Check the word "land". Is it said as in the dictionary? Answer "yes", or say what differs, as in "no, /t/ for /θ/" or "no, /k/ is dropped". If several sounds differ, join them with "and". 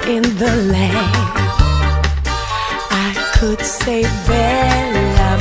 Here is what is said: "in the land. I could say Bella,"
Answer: no, /d/ is dropped